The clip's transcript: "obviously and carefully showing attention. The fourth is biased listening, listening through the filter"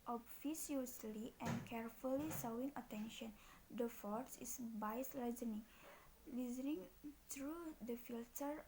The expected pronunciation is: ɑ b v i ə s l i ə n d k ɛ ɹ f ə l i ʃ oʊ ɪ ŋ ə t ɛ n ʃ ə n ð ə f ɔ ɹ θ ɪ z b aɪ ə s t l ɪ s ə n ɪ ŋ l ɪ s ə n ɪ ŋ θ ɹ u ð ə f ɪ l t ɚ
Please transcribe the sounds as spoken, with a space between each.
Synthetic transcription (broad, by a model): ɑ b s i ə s l i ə n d k ɛ ɹ f ə l i s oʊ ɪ ŋ ə t ɛ n ʃ ə n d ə f ɔ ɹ s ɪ s b aɪ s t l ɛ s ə n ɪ ŋ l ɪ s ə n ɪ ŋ t ɹ u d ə f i l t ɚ